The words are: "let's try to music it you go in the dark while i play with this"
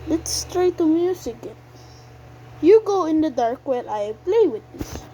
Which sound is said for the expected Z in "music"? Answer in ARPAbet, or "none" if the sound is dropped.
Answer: S